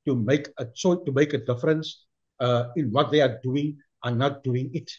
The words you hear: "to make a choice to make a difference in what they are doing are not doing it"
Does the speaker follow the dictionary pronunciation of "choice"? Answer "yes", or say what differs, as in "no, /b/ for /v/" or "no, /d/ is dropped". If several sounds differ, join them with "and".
no, /s/ is dropped